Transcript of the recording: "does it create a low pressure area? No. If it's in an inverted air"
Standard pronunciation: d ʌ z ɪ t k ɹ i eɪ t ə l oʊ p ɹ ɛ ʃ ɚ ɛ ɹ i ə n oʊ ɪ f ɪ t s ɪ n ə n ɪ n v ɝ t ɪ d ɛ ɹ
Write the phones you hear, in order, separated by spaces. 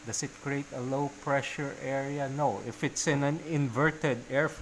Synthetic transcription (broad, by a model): d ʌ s ɪ t k ɹ i eɪ t ə l oʊ p ɹ ɛ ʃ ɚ ɛ ɹ i ə n oʊ ɪ f ɪ t s ɪ n ə n ɪ n v ɝ t ɪ d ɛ ɹ